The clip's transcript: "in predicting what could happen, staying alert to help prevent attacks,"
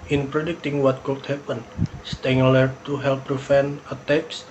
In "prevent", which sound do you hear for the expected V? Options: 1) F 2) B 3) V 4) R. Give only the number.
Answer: 1